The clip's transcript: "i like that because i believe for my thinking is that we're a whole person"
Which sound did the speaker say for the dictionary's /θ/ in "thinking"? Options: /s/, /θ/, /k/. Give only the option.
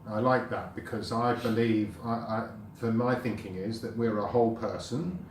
/θ/